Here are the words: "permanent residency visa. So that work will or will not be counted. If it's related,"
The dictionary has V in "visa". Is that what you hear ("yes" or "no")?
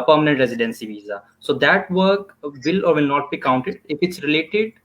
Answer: yes